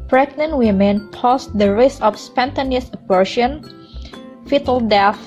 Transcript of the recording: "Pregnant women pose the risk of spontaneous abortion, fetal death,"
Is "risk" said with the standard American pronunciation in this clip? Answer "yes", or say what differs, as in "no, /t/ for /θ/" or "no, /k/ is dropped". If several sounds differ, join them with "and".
no, /k/ is dropped